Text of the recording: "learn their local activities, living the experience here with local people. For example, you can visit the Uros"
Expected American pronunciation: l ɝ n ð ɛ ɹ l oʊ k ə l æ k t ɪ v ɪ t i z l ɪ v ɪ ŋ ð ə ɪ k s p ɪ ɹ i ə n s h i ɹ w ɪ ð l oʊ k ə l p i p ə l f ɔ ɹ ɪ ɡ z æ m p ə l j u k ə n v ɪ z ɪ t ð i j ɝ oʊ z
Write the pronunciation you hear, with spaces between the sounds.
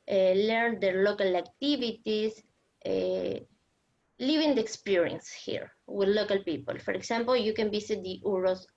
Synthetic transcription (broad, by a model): l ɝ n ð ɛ ɹ l oʊ k ə l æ k t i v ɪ t i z l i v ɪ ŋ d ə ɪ k s p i ɹ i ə n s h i ɹ w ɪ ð l oʊ k ə l p i p ə l f ɔ ɹ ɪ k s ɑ m p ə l j u k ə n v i s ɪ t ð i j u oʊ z